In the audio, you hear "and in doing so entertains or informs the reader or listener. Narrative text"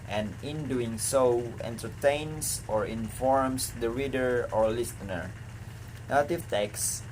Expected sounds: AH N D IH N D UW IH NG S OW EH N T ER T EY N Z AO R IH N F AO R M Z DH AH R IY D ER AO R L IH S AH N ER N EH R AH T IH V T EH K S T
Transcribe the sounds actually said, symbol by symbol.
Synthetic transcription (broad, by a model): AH N IH N D UW IH NG S OW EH N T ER T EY N S AO R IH N F AO R M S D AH R IY D ER AO R L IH S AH N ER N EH L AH T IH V T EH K S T